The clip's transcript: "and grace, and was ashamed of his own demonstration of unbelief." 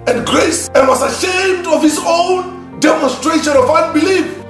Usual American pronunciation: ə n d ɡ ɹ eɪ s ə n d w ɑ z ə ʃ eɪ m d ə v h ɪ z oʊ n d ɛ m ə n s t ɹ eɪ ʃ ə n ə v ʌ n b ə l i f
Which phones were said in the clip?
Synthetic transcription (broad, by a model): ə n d ɡ ɹ eɪ s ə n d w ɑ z ə ʃ eɪ m d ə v h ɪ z oʊ n d ɛ m ə n s t ɹ eɪ ʃ ə n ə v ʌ n b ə l i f